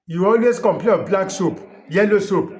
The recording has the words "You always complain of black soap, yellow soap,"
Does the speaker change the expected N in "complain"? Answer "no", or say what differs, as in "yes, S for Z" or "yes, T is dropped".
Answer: yes, N is dropped